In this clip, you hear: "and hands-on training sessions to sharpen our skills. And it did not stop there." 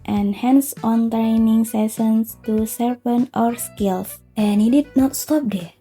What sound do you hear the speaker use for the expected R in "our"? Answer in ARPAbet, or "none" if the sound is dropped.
R